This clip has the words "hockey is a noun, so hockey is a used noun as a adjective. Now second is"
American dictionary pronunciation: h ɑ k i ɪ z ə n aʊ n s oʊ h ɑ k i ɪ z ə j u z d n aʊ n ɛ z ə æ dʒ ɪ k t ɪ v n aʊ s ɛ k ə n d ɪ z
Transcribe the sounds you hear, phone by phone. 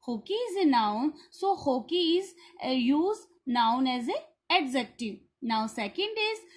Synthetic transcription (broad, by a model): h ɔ k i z ə n aʊ n s oʊ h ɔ k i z j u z n aʊ n ɛ z ə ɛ z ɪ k t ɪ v n aʊ s ɛ k ə n d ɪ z